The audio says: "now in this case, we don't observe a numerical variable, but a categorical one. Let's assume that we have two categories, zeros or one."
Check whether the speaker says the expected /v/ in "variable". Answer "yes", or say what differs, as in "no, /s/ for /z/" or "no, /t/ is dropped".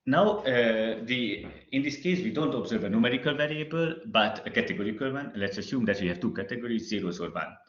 yes